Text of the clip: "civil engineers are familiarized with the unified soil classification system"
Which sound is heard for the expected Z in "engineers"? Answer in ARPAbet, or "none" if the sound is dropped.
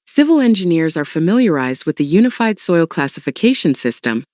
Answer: Z